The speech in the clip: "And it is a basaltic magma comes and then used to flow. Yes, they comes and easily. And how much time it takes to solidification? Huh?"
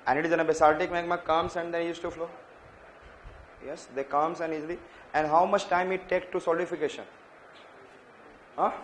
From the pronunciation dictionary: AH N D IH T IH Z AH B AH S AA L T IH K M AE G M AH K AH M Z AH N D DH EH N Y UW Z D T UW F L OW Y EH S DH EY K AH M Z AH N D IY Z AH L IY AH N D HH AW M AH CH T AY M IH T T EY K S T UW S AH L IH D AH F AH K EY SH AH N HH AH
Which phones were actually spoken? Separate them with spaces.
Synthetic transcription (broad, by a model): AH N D IH T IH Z AH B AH S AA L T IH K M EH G M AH K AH M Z AH N D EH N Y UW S T UW F L OW Y EH S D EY K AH M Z AH N D IY Z AH L IY AH N D HH AW M AH CH T AY M IH T T EY K T UW S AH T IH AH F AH K EY SH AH N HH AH